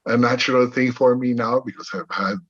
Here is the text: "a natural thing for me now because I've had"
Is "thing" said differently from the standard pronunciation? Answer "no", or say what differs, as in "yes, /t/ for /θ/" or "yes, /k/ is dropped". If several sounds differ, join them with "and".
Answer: no